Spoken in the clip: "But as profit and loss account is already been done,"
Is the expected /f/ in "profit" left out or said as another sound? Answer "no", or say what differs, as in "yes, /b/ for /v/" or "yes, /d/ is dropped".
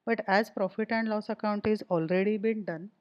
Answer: no